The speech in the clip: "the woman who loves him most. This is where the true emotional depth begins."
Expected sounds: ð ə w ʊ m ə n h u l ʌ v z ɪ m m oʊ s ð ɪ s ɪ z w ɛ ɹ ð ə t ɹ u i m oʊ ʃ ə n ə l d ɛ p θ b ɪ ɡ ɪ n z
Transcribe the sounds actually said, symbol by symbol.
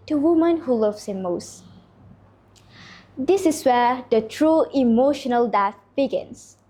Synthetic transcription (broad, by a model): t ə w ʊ m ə n h u l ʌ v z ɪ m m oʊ s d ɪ s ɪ s w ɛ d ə t ɹ u i m oʊ ʃ ə n ə l d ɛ θ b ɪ ɡ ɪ n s